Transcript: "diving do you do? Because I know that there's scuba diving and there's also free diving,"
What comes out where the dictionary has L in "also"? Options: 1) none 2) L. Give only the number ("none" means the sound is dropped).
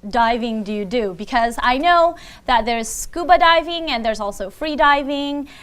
2